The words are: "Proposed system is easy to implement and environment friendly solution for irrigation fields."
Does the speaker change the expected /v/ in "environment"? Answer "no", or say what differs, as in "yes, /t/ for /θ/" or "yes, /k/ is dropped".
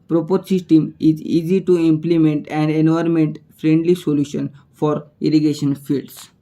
yes, /v/ is dropped